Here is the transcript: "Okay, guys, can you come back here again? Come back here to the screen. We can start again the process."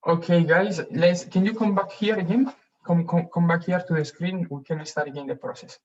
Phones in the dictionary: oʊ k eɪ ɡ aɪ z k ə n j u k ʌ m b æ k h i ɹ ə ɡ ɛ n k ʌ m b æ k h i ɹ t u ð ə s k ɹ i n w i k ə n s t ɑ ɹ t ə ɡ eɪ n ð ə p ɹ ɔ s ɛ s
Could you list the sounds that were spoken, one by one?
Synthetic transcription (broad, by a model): oʊ k eɪ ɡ aɪ s k ə n j u k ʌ m b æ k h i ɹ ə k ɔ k k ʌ m b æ k h i ɹ t u ð ə s k ɹ i n w i k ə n s t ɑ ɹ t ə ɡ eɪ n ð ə p ɹ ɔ s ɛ s